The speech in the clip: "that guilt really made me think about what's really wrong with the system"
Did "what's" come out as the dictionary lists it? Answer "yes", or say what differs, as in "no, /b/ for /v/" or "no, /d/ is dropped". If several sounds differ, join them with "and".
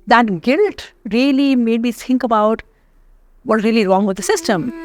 no, /s/ is dropped